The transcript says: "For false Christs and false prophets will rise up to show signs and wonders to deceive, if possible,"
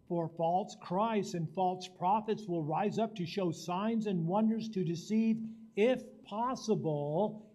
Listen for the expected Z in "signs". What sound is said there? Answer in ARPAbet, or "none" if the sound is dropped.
Z